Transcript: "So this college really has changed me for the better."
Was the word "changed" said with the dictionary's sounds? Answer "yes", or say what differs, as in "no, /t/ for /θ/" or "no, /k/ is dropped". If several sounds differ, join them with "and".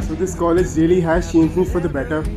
no, /ʃ/ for /tʃ/